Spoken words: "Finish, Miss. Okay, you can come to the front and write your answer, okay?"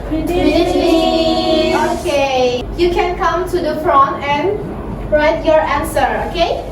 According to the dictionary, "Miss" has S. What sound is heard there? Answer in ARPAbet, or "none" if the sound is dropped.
none